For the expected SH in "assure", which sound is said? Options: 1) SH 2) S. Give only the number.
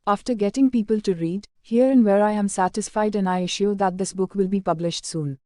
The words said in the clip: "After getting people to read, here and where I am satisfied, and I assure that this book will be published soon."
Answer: 1